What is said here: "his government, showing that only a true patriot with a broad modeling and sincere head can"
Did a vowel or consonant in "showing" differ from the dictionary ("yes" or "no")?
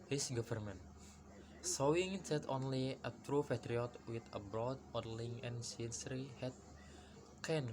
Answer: yes